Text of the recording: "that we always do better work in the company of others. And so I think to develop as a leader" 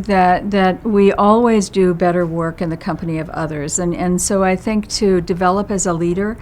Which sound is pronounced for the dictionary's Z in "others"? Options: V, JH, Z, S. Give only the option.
Z